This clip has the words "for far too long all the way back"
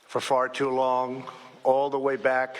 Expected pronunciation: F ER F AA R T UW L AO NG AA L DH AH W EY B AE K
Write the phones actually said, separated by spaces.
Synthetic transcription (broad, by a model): F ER F AA R T UW L AO NG AA L DH AH W EY B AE K